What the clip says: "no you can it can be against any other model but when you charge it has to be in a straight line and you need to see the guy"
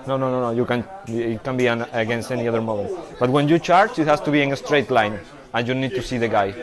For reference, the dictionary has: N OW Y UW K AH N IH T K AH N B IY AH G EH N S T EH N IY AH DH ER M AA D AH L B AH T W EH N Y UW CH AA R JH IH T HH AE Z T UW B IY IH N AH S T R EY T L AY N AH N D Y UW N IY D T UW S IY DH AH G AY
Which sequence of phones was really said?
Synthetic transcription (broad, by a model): N OW Y UW K AH N IH T K AH N B IY AH G EH N S T EH N IY AH DH ER M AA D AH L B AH T W EH N Y UW CH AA R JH IH T HH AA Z T UW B IY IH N AH S T R EY T L AY N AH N Y UW N IY D T UW S IY DH AH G AY